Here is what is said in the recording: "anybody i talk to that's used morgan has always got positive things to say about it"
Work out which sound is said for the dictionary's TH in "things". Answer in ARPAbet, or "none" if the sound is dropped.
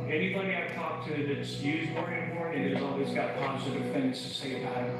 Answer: TH